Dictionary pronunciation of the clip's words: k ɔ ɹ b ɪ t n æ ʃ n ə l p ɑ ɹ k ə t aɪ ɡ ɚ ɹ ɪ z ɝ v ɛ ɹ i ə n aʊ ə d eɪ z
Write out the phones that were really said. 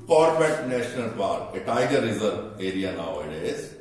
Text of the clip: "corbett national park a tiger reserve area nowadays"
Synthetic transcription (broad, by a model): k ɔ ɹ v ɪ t n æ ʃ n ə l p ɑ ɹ ə t aɪ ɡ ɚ ɹ ɪ z ɝ v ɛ ɹ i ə n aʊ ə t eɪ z